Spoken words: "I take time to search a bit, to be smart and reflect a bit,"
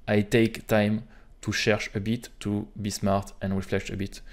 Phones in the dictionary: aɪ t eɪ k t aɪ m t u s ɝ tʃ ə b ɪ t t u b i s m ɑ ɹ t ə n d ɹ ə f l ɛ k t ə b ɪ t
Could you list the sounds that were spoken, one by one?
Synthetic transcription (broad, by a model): aɪ t eɪ k t aɪ m t u ʃ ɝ ʃ ə b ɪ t t u b i s m ɑ ɹ t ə n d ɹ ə f l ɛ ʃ ə b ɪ t